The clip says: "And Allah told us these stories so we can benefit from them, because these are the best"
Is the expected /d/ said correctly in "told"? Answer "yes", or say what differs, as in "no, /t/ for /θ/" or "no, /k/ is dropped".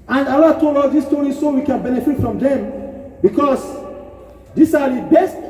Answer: no, /d/ is dropped